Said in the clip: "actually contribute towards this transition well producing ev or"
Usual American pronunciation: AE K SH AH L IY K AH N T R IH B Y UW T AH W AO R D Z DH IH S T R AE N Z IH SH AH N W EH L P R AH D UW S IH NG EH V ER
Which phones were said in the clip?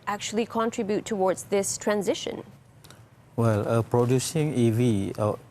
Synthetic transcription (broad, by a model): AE K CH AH L IY K AH N T R IH B Y UW T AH W AO R D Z DH IH S T R AE N Z IH SH AH N W EH L P R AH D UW S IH NG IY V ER